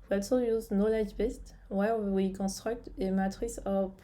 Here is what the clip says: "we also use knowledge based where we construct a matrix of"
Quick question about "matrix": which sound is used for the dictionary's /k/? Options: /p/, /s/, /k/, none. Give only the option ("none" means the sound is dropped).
none